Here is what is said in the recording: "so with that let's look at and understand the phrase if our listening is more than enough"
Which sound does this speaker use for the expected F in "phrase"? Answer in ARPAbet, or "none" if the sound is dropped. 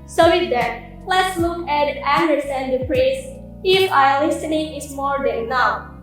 P